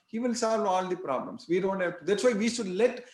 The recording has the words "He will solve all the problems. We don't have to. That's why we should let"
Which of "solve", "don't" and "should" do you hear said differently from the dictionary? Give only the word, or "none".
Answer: none